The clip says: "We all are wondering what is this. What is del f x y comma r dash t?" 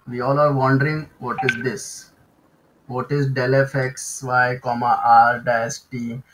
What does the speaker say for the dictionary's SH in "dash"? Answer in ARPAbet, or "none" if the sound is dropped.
S